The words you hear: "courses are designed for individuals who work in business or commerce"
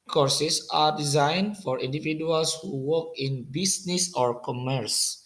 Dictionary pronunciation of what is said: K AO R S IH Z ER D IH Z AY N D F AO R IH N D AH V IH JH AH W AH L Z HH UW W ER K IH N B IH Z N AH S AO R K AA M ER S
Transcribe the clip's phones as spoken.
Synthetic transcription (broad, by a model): K AO R S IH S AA D IH Z AY N D F AO R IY N D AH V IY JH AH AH L S HH UW W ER K IH N B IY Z N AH S AO R K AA M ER S